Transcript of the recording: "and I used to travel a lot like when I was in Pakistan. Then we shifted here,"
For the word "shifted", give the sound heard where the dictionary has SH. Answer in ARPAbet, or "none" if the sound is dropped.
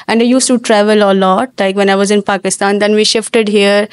SH